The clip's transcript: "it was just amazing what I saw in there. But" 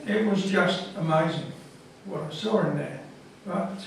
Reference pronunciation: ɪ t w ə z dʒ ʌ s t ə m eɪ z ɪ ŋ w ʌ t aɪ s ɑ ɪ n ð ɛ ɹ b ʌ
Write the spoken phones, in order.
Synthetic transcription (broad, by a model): ɪ t w ə z dʒ ʌ s t ə m eɪ z ɪ ŋ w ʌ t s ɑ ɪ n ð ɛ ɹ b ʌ